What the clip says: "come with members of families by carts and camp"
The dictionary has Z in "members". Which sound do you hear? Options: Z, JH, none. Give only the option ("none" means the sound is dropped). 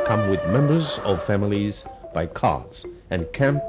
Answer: Z